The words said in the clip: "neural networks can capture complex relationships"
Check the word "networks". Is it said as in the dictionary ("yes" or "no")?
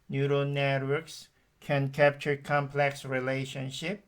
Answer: yes